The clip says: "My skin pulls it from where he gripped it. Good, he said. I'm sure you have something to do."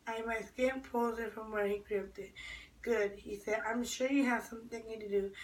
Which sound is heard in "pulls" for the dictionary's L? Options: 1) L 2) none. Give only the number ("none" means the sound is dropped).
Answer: 2